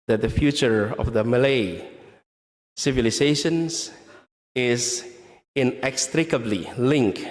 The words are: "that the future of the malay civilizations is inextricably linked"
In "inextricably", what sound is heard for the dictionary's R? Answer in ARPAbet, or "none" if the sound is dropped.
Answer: R